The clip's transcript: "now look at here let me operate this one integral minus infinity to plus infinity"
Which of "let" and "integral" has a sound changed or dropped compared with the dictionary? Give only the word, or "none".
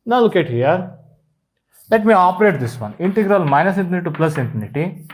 none